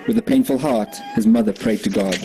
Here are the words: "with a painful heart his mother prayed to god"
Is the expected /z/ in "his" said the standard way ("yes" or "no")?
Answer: yes